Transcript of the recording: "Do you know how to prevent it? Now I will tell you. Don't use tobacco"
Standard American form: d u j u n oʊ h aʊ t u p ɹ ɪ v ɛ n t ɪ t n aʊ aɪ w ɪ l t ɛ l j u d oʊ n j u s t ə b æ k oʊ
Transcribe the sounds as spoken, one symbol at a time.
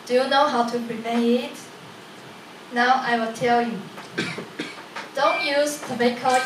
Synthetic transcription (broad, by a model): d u j u n oʊ h aʊ t u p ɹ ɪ p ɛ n ɪ t n aʊ aɪ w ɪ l t ɛ l j u d oʊ n j u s t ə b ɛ k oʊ